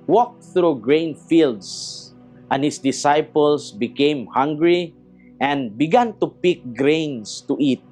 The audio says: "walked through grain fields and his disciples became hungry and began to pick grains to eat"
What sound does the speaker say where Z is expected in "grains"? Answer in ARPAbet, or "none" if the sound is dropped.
S